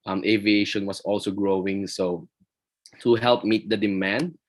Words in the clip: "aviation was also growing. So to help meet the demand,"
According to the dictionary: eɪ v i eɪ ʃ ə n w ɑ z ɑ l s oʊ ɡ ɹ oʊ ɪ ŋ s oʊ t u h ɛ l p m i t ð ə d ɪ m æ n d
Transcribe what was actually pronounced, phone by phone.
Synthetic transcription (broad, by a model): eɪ v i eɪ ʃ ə n w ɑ s ɑ l s oʊ ɡ ɹ oʊ ɪ ŋ s oʊ t u h ɛ l p m i t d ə d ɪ m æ n d